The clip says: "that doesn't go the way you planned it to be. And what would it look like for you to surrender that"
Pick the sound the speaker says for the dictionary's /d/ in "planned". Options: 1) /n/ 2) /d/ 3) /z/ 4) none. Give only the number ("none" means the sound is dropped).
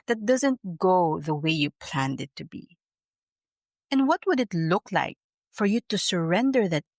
2